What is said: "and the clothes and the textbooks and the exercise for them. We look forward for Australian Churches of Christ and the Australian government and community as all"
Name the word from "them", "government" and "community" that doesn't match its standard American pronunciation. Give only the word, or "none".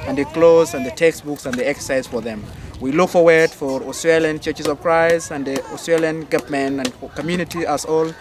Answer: government